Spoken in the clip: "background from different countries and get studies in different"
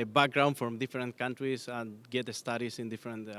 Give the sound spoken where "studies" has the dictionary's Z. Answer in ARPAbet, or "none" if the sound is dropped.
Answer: S